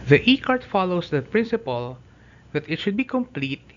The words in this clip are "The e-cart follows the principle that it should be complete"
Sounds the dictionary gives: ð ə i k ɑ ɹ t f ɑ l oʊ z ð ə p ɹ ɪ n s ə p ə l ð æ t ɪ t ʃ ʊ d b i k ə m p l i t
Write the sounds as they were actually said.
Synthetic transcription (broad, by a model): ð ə i k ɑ ɹ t f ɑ l oʊ s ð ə p ɹ ɪ n s ə p ə l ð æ t ɪ t ʃ ʊ d b i k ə m p l i t